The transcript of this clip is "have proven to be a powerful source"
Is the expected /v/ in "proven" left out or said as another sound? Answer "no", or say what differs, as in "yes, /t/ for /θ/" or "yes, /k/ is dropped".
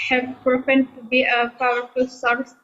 yes, /p/ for /v/